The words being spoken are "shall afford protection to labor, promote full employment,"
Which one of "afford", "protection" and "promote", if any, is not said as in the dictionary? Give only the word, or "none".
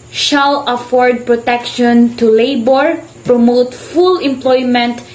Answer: none